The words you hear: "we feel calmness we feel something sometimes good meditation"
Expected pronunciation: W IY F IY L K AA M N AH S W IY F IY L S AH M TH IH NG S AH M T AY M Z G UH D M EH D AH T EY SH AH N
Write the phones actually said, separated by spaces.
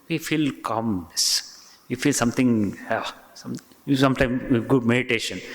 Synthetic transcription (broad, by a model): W IY F IY L K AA M AH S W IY F IY L S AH M T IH NG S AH M T AY M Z G UH D M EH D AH T EY SH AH N